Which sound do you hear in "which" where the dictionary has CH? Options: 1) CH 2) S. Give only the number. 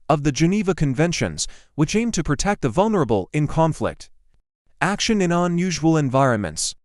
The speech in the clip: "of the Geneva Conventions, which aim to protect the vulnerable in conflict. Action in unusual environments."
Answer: 1